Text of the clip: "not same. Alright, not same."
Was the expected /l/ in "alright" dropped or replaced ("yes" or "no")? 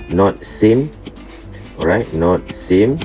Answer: yes